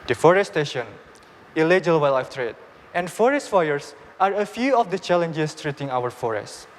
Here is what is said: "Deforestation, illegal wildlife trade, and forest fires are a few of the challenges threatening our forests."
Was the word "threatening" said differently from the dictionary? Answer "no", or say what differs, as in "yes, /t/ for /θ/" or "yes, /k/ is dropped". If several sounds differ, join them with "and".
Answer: yes, /n/ is dropped